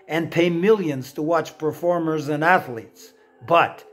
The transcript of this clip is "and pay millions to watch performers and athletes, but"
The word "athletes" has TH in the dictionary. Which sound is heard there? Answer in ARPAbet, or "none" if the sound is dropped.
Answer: TH